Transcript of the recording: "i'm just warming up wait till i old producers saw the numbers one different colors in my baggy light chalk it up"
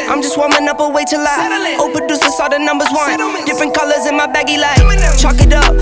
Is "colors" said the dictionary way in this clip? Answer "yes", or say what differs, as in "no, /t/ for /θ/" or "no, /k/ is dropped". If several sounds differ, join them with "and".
yes